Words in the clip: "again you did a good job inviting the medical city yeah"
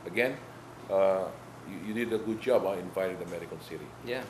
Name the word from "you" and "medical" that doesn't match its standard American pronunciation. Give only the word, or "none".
medical